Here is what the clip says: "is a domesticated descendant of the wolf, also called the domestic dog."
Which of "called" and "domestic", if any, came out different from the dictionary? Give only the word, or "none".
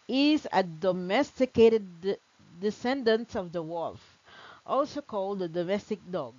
none